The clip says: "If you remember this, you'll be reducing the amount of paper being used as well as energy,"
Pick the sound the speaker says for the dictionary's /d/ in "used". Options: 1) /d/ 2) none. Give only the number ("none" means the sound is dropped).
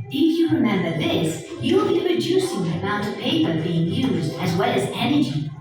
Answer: 1